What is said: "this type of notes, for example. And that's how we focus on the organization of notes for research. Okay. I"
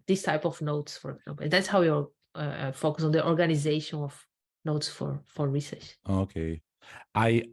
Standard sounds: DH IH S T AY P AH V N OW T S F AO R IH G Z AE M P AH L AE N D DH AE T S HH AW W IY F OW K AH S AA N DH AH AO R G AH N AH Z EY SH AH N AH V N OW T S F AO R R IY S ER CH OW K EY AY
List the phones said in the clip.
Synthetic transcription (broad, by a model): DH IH S T AY P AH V N OW T S F AO R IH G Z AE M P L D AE T S HH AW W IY F OW K AH S AA N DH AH AO R G AH N AH Z EY SH AH N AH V N OW T S F AO R R IY S ER CH OW K EY AY